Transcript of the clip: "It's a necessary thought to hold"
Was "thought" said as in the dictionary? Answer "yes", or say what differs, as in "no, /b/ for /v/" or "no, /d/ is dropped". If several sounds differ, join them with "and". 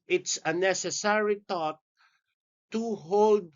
no, /t/ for /θ/